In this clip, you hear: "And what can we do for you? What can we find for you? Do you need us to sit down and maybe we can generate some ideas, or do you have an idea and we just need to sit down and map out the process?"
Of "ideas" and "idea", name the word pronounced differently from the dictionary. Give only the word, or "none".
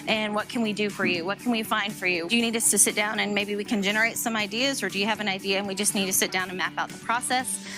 none